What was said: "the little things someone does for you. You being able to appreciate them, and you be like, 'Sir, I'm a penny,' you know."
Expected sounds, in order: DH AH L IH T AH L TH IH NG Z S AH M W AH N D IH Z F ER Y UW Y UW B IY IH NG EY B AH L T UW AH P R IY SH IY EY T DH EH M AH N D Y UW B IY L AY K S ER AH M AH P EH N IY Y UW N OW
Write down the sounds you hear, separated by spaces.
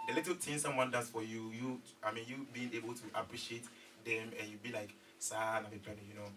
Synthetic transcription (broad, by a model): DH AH L IH T AH L T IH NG S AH M W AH N D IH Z F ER Y UW Y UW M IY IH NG EY B AH L T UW AH P R IY SH IY EY T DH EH M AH N Y UW B IY L AY K S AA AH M AH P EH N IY Y UW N OW